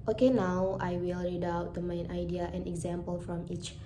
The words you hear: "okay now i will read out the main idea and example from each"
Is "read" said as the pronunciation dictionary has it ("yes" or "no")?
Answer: yes